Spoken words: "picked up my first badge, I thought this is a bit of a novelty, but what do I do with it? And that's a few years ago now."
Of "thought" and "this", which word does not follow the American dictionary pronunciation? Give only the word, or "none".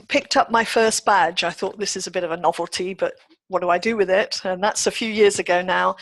none